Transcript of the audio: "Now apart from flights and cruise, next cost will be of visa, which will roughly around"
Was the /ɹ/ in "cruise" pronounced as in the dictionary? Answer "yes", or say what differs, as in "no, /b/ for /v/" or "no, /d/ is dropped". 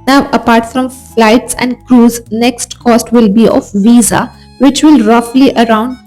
yes